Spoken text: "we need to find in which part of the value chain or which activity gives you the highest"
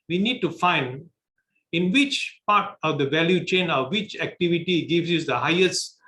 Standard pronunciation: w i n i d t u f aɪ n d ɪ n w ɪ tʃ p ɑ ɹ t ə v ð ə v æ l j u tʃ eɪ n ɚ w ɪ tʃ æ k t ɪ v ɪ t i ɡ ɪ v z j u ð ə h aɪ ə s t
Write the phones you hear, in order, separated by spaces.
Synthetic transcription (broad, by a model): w i n i d t u f aɪ n d ɪ n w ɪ tʃ p ɑ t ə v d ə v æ l j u tʃ eɪ n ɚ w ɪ tʃ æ k t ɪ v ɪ t i ɡ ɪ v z j u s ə h aɪ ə s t